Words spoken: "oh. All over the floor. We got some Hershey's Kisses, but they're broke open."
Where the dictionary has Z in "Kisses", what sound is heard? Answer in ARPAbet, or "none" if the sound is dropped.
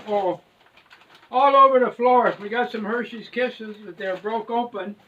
Z